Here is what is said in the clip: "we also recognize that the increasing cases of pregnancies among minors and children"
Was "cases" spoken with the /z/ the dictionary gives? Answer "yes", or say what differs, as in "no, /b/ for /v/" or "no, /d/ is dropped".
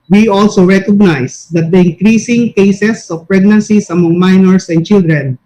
no, /s/ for /z/